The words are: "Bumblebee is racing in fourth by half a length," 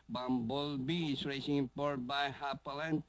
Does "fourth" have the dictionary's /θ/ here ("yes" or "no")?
no